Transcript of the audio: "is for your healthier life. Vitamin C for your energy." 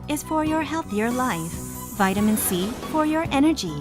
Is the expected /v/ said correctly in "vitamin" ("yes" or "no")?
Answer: yes